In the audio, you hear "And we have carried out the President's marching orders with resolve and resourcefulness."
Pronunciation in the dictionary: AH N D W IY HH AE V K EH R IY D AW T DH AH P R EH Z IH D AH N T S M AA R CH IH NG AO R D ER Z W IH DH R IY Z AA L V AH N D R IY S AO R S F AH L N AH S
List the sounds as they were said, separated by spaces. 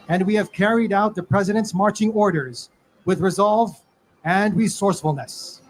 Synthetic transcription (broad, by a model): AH N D W IY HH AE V K EH R IY D AW T DH AH P R EH Z IH D AH N T S M AA R CH IH NG AO R D ER Z W IH DH R IY Z AA L V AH N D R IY S AO R S F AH L N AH S